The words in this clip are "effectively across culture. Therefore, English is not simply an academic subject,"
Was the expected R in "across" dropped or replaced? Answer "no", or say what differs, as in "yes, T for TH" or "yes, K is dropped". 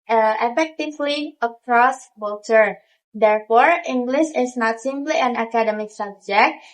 no